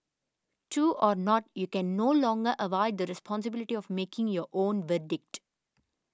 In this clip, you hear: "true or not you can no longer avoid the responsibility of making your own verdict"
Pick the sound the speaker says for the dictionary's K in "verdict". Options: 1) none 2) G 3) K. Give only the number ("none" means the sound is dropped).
3